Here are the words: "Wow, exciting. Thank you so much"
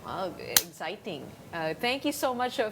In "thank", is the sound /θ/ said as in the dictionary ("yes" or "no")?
no